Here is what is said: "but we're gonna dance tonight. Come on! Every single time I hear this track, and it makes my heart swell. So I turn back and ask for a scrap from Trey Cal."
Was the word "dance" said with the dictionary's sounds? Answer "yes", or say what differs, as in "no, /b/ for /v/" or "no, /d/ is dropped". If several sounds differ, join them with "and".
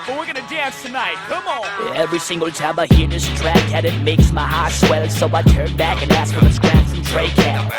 yes